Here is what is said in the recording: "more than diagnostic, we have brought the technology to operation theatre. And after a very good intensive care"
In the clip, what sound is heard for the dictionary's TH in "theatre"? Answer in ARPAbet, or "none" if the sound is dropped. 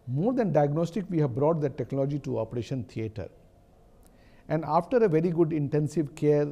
T